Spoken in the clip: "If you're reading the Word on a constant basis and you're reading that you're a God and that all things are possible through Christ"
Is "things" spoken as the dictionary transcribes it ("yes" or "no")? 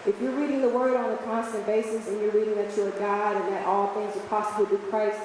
yes